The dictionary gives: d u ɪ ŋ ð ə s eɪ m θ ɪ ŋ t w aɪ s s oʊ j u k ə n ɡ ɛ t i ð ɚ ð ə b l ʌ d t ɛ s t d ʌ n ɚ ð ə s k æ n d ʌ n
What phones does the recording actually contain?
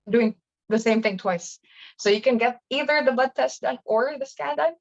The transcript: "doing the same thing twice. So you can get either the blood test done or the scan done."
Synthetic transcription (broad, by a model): d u ɪ ŋ ð ə s eɪ m θ ɪ ŋ t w aɪ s s oʊ j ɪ k ə n ɡ ɛ t i ð ɚ ð ə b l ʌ d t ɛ s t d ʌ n ɚ ð ə s k æ n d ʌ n